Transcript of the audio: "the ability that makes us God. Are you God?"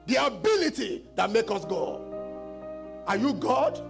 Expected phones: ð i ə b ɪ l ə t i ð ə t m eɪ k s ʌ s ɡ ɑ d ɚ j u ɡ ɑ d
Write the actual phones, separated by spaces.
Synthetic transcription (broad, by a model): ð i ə b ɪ l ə t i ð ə t m eɪ k ʌ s ɡ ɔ ɑ j u ɡ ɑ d